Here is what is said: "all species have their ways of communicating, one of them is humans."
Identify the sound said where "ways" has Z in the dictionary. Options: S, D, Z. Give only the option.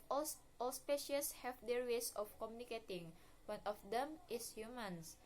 S